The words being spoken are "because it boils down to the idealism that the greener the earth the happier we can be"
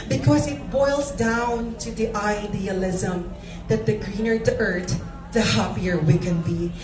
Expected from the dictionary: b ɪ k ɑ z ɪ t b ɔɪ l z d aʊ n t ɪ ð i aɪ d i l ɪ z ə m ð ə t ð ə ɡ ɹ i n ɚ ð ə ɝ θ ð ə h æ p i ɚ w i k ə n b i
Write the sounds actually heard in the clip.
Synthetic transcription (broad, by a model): b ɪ k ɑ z ɪ t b ɔɪ l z d aʊ n t ɪ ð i aɪ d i l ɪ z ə m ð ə t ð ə ɡ ɹ i n ɚ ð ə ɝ t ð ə h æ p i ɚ w i k ə n b i